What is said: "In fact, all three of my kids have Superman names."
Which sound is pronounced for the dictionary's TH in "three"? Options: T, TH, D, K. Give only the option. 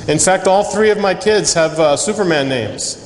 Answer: TH